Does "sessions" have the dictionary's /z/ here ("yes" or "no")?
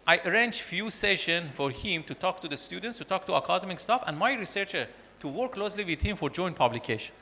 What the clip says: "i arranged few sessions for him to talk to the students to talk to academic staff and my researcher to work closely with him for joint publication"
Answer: no